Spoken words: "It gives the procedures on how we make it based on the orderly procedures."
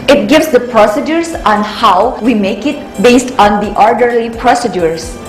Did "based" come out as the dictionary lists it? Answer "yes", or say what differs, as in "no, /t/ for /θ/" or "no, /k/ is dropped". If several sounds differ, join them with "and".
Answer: yes